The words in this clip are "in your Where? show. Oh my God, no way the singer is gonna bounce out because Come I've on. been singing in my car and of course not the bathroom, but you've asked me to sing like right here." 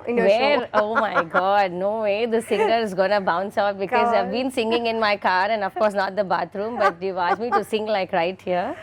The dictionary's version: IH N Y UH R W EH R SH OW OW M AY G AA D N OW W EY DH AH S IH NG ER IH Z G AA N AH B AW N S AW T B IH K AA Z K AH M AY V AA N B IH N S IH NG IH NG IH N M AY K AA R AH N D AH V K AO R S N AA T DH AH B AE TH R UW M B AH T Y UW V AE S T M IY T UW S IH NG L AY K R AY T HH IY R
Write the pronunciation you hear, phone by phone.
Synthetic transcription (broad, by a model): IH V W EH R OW OW M AY G AA D N OW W EY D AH S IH NG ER IH Z G AA N AH B AW N S AW T B IH K AA Z AY V B IH N S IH NG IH NG IH N M AY K AA R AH N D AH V K AO R S N AA T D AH B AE T R UW M B AH T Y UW AA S M IY T UW S IH NG L AY K R AY T HH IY R